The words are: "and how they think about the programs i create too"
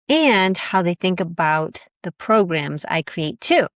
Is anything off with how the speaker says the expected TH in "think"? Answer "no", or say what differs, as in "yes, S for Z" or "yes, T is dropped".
no